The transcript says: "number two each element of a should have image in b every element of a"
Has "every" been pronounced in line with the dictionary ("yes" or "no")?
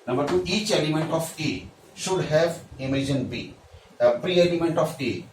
no